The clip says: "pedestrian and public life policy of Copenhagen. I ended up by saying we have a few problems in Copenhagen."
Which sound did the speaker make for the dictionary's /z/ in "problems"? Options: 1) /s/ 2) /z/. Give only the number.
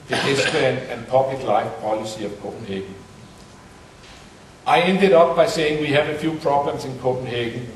1